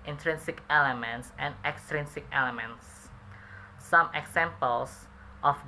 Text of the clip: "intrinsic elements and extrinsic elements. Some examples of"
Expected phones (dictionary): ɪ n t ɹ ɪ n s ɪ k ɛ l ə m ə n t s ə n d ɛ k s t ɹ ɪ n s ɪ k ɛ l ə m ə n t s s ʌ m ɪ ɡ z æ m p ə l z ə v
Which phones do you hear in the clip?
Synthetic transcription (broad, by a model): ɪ n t ɹ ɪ n s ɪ k ɛ l ə m ə n t s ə n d ɛ k s t ɹ ɪ n s ɪ k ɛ l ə m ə n t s s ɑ m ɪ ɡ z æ m p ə l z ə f